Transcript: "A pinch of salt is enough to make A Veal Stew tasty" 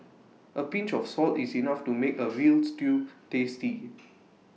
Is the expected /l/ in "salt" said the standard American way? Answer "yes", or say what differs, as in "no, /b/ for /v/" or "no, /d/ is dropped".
yes